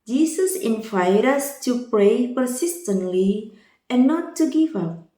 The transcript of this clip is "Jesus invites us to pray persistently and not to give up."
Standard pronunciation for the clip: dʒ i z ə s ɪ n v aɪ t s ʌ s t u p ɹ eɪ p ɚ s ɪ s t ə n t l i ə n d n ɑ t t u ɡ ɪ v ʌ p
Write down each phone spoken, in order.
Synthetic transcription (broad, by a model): dʒ i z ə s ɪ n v aɪ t ʌ s t u p ɹ eɪ p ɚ s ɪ s t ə n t l i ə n n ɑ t t u ɡ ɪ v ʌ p